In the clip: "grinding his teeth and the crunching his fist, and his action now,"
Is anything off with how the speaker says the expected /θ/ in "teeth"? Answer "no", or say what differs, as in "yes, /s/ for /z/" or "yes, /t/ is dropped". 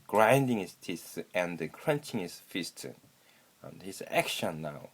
yes, /s/ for /θ/